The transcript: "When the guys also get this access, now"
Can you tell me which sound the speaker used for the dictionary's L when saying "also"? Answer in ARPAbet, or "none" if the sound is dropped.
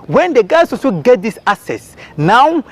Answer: none